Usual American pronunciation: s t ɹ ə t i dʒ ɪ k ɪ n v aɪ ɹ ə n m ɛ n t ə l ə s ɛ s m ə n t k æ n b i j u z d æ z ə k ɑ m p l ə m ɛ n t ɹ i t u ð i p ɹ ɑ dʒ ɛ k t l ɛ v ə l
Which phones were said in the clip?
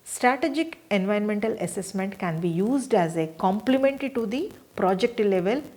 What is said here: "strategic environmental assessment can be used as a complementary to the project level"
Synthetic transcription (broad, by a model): s t ɹ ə t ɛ dʒ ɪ k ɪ n v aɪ ə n m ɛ n t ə l ə s ɛ s m ə n t k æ n b i j u z d æ z ə k ɑ m p l ə m ɛ n t ɹ i t u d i p ɹ ɑ dʒ ɛ k t l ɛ v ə l